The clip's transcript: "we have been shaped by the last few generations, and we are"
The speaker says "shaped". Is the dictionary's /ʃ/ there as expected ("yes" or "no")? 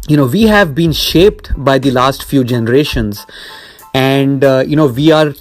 yes